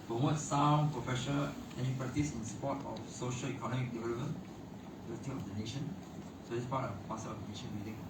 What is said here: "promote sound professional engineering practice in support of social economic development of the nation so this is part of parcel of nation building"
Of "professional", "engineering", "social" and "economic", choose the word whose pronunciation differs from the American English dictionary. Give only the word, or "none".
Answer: engineering